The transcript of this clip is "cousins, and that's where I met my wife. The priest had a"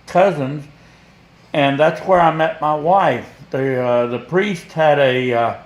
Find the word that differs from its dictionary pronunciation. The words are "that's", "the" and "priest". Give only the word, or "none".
none